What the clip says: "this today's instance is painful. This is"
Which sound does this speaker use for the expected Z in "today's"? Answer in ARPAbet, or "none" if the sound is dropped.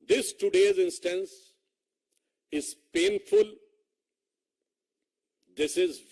Z